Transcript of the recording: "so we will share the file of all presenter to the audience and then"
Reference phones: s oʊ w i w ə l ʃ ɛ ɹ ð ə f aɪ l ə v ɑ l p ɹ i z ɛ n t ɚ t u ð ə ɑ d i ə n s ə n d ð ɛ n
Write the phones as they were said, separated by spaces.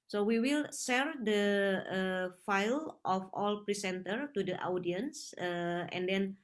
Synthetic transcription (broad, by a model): s oʊ w i w ə l s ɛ ɹ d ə f aɪ l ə f ɑ l p ɹ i s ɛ n t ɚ t u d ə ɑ d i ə n s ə n d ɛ n